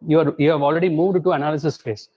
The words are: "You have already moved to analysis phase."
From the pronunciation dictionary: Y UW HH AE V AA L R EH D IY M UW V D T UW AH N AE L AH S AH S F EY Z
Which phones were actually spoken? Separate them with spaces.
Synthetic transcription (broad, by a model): Y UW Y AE V AA L R EH D IY M UW V D T UW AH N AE L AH S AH S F EY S